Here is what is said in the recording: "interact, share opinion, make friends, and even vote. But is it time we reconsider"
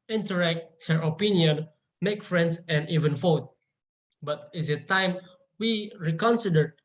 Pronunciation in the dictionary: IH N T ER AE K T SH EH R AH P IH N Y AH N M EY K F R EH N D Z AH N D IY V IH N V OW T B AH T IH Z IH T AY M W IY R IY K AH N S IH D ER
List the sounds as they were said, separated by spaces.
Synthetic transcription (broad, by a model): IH N T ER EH K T S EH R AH P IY N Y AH N M EY K F R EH N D S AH N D IY V IH N F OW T B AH T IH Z IH T AY M W IY R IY K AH N S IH D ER